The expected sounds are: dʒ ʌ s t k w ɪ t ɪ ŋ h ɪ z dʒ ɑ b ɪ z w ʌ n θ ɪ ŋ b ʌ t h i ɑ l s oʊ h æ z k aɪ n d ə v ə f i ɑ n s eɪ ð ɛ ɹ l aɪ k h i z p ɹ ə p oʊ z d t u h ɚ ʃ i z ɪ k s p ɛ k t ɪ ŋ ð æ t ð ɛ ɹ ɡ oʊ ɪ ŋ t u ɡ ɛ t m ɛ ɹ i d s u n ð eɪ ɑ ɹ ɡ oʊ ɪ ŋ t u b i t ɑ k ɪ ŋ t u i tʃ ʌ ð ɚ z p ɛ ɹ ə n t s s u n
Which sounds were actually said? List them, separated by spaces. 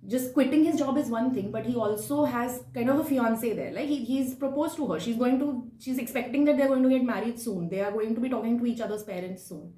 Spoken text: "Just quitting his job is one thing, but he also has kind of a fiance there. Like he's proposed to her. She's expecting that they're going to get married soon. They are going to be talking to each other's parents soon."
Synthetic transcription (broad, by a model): dʒ ʌ s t k w ɪ t ɪ ŋ h ɪ z dʒ ɑ b ɪ z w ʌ n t ɪ ŋ b ʌ t h i ɑ l s oʊ h æ z k aɪ n d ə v ə f i ɑ n s eɪ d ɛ ɹ l aɪ k h i z p ɹ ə p oʊ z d t u h ɚ ʃ i z ɪ k s p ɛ k t ɪ ŋ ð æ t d ɛ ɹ ɡ oʊ ɪ ŋ t u ɡ ɛ t m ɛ ɹ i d s u n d eɪ ɑ ɹ ɡ oʊ ɪ ŋ t u b i t ɑ k ɪ ŋ t u i tʃ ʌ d ɚ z p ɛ ɹ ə n t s s u n